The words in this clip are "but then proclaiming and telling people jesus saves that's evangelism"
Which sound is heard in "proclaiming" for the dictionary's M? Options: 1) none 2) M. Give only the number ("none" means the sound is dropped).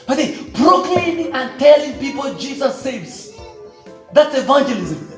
1